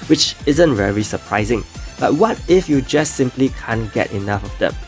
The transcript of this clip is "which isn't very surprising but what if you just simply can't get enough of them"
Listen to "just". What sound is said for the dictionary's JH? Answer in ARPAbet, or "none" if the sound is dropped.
JH